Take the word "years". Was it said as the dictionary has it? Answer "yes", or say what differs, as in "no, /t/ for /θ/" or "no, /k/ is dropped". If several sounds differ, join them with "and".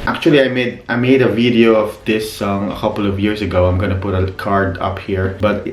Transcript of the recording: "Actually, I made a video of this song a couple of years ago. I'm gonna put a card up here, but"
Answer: no, /s/ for /z/